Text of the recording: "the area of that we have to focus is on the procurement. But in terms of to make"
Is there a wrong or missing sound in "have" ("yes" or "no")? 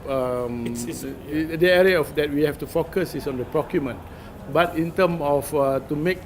yes